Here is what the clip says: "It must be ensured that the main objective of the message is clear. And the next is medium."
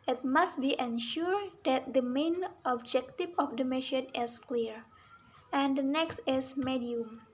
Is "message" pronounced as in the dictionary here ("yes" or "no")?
no